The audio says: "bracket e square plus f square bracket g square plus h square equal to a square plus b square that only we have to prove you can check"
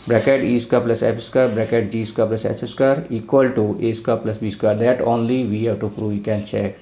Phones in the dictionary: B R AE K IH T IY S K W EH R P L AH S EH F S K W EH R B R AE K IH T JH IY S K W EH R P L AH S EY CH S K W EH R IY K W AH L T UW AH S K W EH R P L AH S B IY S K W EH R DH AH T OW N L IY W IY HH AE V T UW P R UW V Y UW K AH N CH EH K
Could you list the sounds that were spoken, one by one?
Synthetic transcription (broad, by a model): B R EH K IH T IY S K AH P L AH S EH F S K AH R B R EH K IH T JH IY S K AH P L AH S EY S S K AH R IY K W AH L T UW AH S K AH P L AH S B IY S K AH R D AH T OW N L IY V IY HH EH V T UW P R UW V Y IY K AH N CH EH K